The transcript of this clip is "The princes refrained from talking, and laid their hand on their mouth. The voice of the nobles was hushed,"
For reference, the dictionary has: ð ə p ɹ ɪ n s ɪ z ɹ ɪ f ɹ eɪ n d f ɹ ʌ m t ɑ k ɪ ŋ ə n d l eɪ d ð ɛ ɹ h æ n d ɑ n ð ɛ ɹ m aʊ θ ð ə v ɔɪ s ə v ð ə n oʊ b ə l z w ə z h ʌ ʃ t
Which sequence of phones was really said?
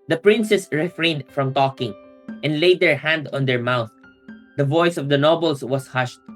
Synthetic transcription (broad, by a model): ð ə p ɹ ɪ n s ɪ s ɹ ɪ f ɹ eɪ n d f ɹ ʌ m t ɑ k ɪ ŋ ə n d l eɪ d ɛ ɹ h æ n d ɑ n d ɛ ɹ m aʊ θ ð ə v ɔɪ s ə v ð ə n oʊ b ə l s w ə s h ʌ ʃ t